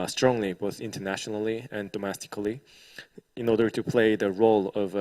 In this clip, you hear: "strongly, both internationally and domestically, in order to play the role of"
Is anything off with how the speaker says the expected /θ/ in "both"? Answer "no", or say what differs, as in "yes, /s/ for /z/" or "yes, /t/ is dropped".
no